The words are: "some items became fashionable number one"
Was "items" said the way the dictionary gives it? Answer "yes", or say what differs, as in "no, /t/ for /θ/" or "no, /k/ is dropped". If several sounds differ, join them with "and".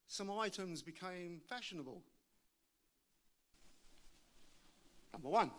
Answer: yes